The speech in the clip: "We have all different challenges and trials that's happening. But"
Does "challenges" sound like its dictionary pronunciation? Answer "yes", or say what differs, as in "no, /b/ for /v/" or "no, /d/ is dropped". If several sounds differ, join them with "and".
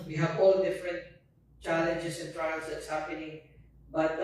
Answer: no, /s/ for /z/